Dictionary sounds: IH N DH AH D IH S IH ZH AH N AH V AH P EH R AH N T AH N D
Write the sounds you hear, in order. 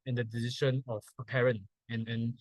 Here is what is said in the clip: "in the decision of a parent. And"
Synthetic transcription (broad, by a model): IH N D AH D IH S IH SH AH N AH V AH P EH R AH N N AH N